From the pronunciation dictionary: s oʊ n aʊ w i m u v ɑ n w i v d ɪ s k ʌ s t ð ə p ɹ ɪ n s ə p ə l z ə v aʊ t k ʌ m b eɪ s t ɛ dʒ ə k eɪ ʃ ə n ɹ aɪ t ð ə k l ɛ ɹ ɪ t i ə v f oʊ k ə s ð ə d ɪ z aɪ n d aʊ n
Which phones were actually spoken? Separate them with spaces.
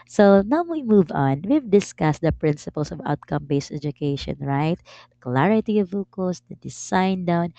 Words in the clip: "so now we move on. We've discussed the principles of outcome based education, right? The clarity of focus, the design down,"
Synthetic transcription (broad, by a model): s oʊ n aʊ w i m u v ɑ n w i v d ɪ s k ʌ s t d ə p ɹ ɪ n s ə p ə l s ə v aʊ t k ʌ m b eɪ s t ɛ dʒ ə k eɪ ʃ ə n ɹ aɪ t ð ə k l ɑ ɹ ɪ t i ə v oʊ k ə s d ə d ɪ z aɪ n d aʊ n